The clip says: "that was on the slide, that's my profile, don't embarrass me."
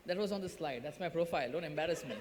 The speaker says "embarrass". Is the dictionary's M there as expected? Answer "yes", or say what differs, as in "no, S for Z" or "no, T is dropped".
yes